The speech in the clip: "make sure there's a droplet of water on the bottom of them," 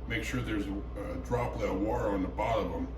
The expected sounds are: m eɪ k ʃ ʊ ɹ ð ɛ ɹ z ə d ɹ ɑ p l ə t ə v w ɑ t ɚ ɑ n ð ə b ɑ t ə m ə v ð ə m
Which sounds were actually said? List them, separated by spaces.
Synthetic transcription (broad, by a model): m eɪ k ʃ ʊ ɹ ð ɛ ɹ z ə d ɹ ɑ p l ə ə w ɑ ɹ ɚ n ð ə b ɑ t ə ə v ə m